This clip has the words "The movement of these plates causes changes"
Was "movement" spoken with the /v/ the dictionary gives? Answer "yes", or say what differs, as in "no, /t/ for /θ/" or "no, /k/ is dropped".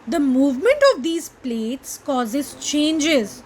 yes